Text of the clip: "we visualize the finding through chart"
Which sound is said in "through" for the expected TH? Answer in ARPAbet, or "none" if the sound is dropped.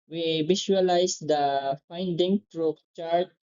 T